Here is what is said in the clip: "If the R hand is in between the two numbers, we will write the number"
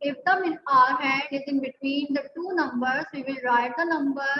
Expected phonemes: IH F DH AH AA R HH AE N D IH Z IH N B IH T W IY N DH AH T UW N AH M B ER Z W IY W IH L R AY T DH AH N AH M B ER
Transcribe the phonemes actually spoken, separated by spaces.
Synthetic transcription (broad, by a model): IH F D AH AA R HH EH D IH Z IH N B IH T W IY N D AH T UW N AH M B ER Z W IY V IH L R AY T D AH N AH M B ER